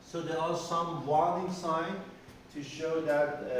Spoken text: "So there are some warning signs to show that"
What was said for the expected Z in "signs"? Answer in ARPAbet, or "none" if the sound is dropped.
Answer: none